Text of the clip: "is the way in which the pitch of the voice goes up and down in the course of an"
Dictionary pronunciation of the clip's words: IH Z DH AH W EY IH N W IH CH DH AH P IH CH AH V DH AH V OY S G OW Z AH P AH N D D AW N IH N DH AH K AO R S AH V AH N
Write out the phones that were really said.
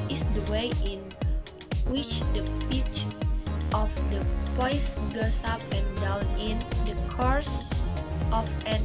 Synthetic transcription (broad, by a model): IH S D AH W EY IH N W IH CH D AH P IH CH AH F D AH P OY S G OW S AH P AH N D D AW N IH N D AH K AO R S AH F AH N